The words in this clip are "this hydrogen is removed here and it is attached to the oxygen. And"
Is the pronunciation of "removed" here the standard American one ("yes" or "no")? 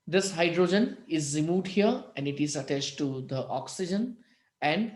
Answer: no